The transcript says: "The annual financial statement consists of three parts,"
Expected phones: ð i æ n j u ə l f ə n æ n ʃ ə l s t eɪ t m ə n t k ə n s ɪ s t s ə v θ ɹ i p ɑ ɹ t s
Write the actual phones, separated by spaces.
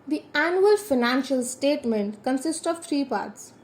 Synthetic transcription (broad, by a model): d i æ n j u ə l f ə n æ n ʃ ə l s t eɪ t m ə n t k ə n s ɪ s t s ə v t ɹ i p ɑ ɹ t s